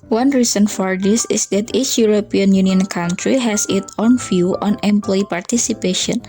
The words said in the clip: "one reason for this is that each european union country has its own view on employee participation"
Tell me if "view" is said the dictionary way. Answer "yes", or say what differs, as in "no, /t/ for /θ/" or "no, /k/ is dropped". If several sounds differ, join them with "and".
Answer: no, /f/ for /v/